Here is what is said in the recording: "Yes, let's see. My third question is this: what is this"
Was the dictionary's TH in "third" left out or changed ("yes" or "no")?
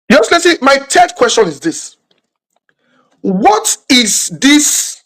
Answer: yes